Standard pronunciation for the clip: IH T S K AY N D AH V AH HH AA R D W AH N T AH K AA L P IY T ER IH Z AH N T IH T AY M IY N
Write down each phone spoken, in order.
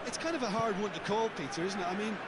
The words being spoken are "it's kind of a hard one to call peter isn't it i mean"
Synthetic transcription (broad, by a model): IH T S K AY N D AH V AH HH AA R D W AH N T AH K AA L P IY T ER IH Z N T IH T AY M IY N